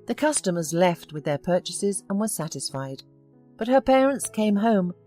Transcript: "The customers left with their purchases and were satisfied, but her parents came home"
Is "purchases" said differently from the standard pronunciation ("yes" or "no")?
no